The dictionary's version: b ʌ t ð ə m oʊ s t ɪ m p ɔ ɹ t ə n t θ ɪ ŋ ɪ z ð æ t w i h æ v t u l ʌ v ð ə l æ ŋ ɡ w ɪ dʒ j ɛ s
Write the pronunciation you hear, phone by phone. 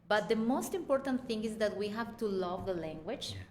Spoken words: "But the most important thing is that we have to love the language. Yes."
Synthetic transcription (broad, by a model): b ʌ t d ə m oʊ s t ɪ m p ɔ ɹ t ə n t t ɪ ŋ ɪ z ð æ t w i h æ v t u l ʌ v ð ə l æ ŋ ɡ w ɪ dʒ